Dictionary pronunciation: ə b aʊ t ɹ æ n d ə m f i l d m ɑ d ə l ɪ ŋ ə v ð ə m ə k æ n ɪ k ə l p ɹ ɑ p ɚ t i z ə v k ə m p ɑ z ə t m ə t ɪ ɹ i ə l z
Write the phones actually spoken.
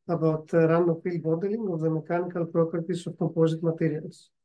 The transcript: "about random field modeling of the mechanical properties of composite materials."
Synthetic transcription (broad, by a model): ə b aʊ t ɹ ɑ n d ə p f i l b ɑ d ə l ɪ ŋ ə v ð ə m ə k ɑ n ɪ k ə l p ɹ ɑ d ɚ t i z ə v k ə p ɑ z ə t m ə t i ɹ i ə l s